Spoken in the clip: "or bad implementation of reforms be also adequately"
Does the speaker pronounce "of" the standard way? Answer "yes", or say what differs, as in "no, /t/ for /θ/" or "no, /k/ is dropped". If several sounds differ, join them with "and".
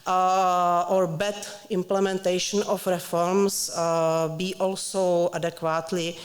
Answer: no, /f/ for /v/